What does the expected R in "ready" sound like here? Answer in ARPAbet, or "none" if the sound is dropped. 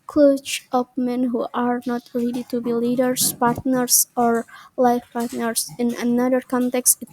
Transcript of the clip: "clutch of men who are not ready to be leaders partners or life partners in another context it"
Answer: L